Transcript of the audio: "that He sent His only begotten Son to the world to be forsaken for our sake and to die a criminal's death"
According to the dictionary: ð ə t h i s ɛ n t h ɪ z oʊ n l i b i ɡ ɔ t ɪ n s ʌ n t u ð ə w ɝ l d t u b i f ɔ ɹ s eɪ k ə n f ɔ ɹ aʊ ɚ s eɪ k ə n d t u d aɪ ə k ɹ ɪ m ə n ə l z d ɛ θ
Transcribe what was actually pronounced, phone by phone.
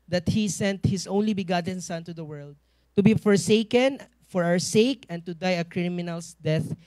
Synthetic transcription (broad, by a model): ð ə t h i s ɛ n t h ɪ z oʊ n l i b i ɡ ɔ t ɪ n s ʌ n t u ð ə w ɝ l d t u b i f ɔ ɹ s eɪ k ə n f ɔ ɹ aʊ ɚ s eɪ k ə n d t u d aɪ ə k ɹ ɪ m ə n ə l s d ɛ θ